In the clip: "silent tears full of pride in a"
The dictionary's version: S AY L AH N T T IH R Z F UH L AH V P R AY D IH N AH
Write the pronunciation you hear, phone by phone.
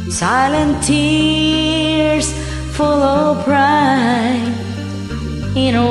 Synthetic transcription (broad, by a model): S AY L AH N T T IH R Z F UH L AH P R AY IH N